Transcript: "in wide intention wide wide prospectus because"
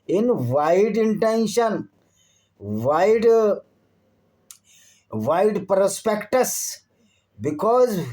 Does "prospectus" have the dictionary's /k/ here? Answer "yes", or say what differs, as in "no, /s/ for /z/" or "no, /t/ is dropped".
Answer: yes